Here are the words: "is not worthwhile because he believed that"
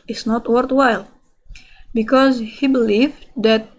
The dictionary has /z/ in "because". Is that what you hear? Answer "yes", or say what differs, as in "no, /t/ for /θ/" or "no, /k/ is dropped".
yes